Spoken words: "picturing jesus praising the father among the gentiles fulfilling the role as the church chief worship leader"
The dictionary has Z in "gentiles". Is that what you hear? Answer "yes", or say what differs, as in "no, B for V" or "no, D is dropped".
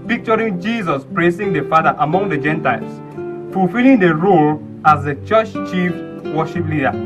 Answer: no, S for Z